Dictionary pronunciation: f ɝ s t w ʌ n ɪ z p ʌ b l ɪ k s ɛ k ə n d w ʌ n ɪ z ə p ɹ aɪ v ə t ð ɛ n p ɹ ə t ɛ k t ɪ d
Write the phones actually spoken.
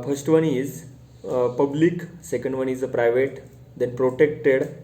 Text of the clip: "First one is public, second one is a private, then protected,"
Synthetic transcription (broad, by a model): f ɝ s t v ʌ n ɪ z p ʌ b l ɪ k s ɛ k ə n d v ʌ n ɪ z ə p ɹ aɪ v ə t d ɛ n p ɹ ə t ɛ k t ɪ d